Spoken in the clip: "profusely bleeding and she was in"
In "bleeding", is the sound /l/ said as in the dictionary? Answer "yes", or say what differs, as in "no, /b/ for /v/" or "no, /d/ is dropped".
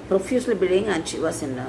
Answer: no, /l/ is dropped